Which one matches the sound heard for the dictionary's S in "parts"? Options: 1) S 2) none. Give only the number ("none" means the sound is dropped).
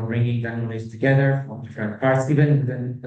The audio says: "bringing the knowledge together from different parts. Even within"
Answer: 1